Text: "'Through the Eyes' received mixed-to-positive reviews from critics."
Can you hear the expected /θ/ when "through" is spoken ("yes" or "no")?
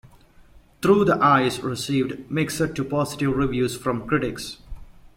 no